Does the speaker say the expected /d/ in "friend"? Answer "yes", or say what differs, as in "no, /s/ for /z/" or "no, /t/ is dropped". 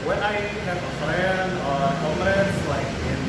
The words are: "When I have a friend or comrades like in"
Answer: no, /d/ is dropped